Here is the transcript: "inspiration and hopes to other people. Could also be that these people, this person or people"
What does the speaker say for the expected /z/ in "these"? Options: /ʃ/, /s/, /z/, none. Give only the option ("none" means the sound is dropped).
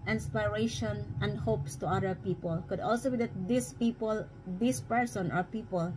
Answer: /s/